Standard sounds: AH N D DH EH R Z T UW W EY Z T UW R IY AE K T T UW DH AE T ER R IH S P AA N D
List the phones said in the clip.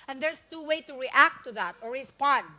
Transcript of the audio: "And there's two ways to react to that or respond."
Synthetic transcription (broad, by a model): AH N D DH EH R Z T UW W EY T UW R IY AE K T T UW DH AE T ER R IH S P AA N D